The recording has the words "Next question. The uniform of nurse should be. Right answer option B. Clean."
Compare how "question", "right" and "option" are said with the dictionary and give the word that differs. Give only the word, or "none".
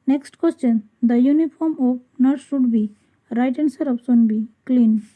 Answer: option